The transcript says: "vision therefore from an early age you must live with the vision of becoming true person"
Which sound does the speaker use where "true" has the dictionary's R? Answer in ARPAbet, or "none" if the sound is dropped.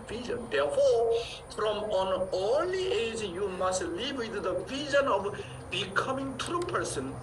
R